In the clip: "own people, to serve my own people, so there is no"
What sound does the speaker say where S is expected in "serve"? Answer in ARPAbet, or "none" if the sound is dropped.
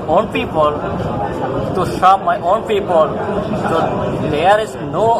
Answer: SH